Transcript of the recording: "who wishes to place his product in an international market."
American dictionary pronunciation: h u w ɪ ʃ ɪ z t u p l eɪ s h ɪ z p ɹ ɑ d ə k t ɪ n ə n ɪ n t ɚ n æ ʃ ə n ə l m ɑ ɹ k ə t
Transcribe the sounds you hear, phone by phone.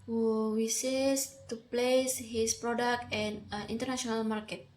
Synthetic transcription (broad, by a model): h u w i s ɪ s t u p l eɪ s h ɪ s p ɹ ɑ d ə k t ɪ n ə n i n t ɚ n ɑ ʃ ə n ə l m ɑ ɹ k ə t